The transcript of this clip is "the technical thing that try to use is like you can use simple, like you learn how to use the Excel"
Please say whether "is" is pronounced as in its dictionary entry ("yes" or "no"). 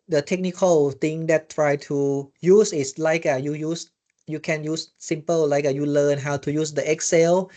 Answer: no